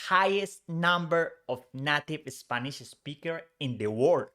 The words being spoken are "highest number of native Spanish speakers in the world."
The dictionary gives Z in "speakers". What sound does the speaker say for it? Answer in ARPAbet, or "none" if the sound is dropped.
none